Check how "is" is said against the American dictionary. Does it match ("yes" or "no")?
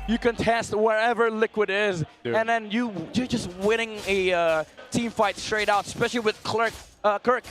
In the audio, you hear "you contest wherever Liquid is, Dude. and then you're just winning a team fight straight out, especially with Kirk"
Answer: yes